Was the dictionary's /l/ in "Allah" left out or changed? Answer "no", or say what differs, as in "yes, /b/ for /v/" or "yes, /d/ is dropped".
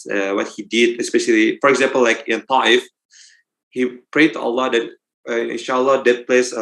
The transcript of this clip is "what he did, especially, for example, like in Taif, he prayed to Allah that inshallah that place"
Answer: no